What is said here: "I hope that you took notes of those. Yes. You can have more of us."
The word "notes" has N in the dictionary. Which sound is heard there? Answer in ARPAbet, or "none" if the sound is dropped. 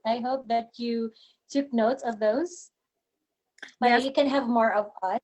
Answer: N